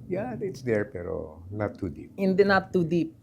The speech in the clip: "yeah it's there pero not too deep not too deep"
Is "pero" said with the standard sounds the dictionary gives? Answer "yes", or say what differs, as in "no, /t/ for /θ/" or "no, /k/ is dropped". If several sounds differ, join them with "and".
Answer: yes